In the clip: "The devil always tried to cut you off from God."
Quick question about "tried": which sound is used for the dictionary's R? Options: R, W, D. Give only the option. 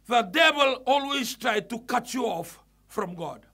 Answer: R